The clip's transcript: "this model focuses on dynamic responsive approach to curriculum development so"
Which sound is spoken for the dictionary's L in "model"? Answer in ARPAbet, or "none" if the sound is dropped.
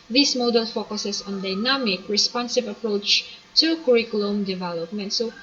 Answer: L